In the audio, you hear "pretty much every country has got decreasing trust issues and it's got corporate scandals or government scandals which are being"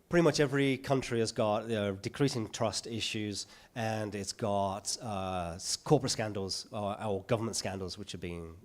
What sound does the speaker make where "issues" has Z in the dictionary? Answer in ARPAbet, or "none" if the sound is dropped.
Z